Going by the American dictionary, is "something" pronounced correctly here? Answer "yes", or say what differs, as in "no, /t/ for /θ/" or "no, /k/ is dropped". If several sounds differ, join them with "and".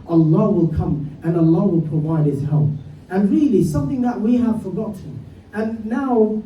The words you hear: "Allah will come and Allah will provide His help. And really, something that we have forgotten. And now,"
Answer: yes